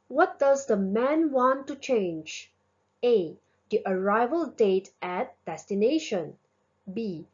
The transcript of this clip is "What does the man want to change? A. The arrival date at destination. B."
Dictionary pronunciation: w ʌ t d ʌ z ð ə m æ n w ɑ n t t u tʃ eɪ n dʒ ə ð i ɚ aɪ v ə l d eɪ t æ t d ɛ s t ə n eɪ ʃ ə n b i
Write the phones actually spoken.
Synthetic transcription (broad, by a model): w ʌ t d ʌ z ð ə m æ n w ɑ n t t u tʃ eɪ n dʒ ə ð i ɚ aɪ v ə l d eɪ t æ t d ɛ s t ə n eɪ ʃ ə n b i